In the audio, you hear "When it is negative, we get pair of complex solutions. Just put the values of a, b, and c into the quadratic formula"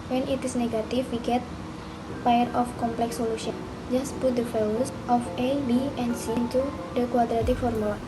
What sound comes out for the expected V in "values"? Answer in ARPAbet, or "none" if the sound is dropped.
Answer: F